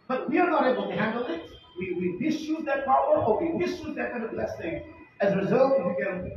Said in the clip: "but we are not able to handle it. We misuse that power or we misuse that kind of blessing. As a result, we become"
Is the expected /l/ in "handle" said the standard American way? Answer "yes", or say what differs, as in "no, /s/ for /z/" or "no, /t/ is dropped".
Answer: no, /w/ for /l/